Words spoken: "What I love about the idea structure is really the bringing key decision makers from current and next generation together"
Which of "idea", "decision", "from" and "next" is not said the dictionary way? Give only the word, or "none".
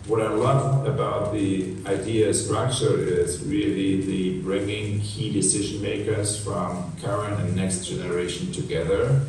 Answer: none